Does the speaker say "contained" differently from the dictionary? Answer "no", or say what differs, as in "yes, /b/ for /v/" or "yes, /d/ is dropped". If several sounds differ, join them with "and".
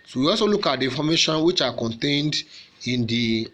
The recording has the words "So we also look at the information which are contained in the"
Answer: no